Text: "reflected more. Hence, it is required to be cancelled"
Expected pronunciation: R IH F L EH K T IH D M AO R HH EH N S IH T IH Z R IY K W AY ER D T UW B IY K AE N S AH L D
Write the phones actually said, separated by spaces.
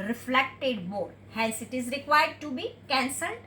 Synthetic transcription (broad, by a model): R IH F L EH K T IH D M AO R HH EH L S IH T IH Z R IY K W AY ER D T UW B IY K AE N S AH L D